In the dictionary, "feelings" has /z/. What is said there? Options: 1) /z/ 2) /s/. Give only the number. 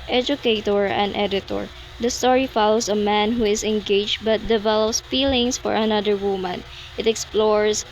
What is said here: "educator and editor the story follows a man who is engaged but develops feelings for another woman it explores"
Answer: 2